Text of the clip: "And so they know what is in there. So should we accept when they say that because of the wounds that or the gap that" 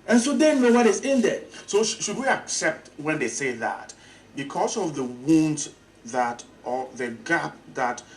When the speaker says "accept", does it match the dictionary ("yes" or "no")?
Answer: yes